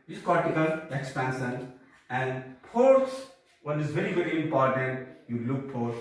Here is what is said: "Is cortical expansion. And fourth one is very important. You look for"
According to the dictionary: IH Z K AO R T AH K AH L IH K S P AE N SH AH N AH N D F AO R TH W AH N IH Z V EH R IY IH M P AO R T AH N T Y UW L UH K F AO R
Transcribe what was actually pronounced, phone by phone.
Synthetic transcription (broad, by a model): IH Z K AO R T AH K AH L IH K S P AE N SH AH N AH N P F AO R S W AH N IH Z V EH R IY IH M P AO R T AH N T Y UW L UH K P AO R